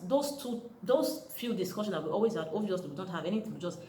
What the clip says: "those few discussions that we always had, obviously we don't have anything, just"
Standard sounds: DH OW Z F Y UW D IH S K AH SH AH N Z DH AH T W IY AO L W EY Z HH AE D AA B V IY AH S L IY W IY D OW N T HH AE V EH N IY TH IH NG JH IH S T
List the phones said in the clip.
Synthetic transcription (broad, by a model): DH OW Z F Y UW D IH S K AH SH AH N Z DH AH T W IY AO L W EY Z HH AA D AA V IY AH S W IY D OW N T HH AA V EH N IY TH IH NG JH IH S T